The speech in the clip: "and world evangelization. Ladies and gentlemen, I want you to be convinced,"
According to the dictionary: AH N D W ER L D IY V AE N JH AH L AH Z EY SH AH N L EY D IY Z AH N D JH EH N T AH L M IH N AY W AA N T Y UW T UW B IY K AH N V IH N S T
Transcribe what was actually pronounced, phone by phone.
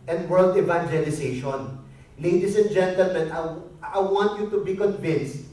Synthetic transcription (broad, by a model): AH N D W ER L D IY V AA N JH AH L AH S EY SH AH N L EY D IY S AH N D JH EH N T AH L M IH N AY W AA N T Y UW T UW B IY K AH N V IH N S T